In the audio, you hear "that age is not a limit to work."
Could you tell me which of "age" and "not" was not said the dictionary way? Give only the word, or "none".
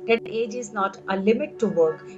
none